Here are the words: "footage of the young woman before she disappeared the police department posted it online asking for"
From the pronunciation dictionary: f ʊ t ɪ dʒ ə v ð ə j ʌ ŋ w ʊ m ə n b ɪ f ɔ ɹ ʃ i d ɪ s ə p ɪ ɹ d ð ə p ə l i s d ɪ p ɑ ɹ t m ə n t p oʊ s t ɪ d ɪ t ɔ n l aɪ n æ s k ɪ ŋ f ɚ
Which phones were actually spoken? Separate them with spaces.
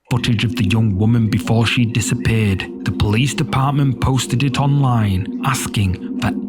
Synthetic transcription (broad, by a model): f ʊ t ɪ dʒ ə v ð ə j ʌ ŋ w ʊ m ə n b ɪ f ɔ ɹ ʃ i d ɪ s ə p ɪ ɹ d ð ə p ə l i s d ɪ p ɑ ɹ t m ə n p oʊ s t ɪ d ɪ t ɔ n l aɪ n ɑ s k ɪ ŋ f ɚ